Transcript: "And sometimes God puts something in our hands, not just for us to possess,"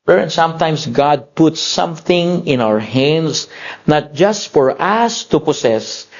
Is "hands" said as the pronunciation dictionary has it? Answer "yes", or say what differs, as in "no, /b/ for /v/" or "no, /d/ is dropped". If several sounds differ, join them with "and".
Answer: no, /s/ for /z/